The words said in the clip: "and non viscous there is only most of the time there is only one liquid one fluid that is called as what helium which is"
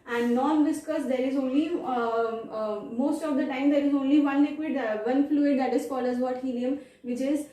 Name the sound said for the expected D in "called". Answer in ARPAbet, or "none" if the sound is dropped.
none